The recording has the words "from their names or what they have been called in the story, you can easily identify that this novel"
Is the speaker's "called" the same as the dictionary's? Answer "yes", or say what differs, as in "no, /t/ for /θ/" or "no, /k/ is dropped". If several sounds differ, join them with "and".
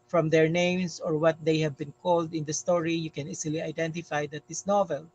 yes